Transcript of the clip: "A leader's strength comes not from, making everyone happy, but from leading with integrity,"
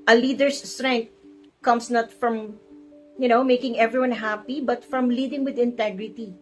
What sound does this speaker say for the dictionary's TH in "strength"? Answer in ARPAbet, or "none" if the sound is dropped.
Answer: T